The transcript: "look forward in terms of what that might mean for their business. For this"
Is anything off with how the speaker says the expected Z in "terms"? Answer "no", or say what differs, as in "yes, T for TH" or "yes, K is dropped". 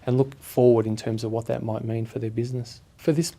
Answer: no